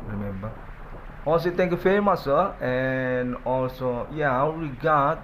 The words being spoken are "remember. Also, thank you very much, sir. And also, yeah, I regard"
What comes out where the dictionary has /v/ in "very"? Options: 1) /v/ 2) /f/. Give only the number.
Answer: 2